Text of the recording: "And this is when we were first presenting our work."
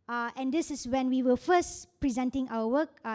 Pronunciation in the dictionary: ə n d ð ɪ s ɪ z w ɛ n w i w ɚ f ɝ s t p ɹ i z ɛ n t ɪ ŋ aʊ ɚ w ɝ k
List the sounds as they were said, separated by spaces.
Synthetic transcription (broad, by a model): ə n d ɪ s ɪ s w ɛ n w i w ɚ f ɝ s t p ɹ i z ɛ n t ɪ ŋ aʊ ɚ w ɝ k